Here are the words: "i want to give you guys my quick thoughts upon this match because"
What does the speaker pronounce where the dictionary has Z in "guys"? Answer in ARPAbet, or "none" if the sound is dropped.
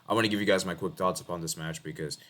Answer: Z